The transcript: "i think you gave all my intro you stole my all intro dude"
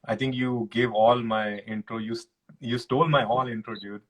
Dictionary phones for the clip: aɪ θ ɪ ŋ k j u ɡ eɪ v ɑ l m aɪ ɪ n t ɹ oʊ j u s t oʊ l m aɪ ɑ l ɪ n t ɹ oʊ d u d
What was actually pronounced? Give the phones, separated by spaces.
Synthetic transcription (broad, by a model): aɪ t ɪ ŋ k j u ɡ eɪ v ɑ l m aɪ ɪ n t ɹ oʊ j u s t oʊ l m aɪ ɑ l ɪ n t ɹ oʊ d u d